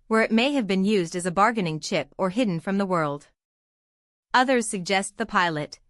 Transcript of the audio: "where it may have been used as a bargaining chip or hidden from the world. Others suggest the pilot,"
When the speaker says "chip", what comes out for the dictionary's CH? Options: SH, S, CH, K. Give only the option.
CH